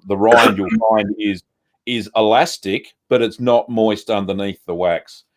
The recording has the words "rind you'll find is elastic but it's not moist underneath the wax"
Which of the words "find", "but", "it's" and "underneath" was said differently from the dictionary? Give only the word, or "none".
none